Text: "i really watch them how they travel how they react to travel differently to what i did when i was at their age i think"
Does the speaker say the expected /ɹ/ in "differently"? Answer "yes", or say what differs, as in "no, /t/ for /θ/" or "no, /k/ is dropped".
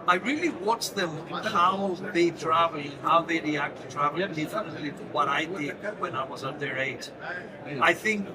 no, /ɹ/ is dropped